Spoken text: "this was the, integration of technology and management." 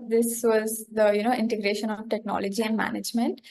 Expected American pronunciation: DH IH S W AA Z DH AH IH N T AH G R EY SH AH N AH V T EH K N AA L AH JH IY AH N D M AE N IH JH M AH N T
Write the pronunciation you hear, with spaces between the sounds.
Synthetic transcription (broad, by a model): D IH S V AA Z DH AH IH N T AH G R EY SH AH N AH V T EH K N AA L AH JH IY AH N D M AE N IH JH M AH N T